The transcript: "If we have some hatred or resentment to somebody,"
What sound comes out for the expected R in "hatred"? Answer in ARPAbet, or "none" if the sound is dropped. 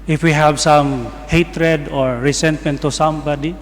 R